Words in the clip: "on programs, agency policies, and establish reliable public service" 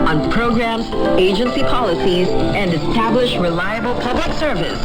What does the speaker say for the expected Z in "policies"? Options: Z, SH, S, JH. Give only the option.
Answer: Z